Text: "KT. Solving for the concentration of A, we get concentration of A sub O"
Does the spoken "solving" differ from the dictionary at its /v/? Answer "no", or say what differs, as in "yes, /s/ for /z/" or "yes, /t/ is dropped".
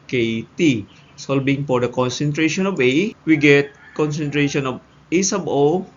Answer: yes, /b/ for /v/